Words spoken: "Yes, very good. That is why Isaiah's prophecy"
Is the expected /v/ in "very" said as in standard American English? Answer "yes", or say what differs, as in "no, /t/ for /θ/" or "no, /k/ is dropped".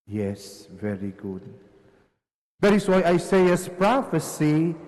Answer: yes